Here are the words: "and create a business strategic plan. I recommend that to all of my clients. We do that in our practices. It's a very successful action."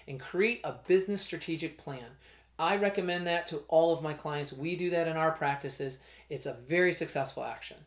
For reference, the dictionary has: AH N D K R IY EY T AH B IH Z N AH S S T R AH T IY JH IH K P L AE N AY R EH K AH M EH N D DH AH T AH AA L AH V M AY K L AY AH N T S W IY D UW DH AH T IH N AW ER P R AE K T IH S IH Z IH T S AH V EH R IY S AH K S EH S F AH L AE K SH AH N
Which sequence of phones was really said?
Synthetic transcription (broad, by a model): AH N K R IY EY T AH B IH Z N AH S S T R AH T IY JH IH K P L AE N AY R EH K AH M EH N DH AH T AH AA L AH V M AY K L AY AH N T S W IY D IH DH AH T IH N AW ER P R AE K T IH S IH Z IH T S AH V EH R IY S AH K S EH S F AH L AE K SH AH N